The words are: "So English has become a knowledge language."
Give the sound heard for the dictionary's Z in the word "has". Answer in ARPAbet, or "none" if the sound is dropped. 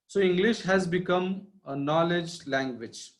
Z